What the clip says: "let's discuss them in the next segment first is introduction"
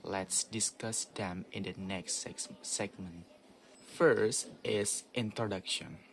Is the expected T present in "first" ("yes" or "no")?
yes